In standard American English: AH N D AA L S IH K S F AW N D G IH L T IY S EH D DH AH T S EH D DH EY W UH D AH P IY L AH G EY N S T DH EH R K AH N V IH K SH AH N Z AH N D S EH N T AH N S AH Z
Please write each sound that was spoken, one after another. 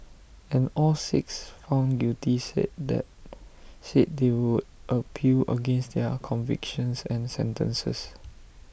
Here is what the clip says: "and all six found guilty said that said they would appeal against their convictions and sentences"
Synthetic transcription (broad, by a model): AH N AA L S IH K S F AW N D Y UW T IY S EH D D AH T S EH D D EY W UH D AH P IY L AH G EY N S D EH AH K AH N V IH K SH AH N S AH N S EH N T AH N S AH S